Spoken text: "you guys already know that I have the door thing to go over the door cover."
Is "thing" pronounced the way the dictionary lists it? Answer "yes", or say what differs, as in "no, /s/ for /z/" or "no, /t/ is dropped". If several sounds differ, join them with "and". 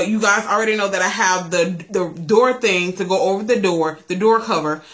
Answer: yes